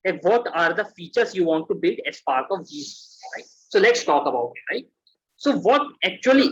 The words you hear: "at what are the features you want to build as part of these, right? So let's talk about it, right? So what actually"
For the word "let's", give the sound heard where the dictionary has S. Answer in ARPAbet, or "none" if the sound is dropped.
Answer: S